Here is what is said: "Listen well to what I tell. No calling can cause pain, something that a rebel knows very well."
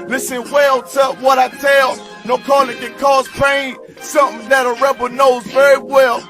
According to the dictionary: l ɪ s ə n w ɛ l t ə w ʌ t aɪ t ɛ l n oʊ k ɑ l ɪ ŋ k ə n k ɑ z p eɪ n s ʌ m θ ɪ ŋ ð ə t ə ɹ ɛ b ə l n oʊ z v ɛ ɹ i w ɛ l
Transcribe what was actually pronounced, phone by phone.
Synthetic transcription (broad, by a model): l ɪ s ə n w ɛ l t ə w ʌ t aɪ t ɛ l n oʊ k ɑ l ɪ ŋ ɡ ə k ɑ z p eɪ n s ʌ m θ ɪ ŋ ð ə t ə ɹ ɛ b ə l n oʊ z v ɛ ɹ i w ɛ l